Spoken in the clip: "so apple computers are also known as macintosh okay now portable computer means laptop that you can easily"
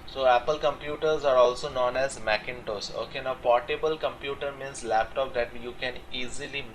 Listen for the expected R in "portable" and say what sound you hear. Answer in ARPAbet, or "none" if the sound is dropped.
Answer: R